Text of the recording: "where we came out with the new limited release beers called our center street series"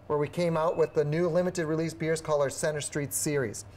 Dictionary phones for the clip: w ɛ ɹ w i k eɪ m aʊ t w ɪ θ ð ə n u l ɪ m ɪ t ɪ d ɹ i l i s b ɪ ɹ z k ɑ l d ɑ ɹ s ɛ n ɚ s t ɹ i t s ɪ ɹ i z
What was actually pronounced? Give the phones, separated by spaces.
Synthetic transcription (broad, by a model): w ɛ ɹ w i k eɪ m aʊ t w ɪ ð ə n u l ɪ m ɪ t ɪ d ɹ i l i s b ɪ ɹ z k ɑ l ʌ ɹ s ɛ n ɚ s t ɹ i t s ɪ ɹ i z